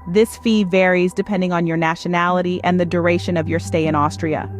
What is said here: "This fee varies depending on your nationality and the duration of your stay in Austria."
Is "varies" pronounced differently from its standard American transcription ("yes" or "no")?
no